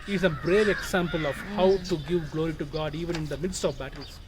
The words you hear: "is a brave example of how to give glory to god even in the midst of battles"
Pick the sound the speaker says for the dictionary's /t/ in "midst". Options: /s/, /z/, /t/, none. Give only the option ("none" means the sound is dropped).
/t/